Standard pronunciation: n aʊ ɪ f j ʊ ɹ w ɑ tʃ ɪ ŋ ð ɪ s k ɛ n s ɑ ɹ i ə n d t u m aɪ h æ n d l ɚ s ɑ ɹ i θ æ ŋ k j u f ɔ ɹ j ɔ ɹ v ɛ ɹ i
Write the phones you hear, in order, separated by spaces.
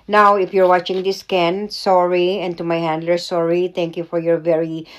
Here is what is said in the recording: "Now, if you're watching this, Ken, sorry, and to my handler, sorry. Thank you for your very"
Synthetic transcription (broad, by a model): n aʊ ɪ f j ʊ ɹ w ɑ tʃ ɪ ŋ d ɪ s k ɛ n s ɑ ɹ i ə n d t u m aɪ h æ n d l ɚ s ɑ ɹ i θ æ ŋ k j u f ɔ ɹ j ɔ ɹ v ɛ ɹ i